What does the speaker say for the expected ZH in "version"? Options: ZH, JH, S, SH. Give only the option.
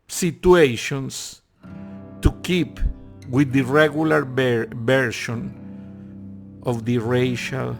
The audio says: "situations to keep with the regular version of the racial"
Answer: SH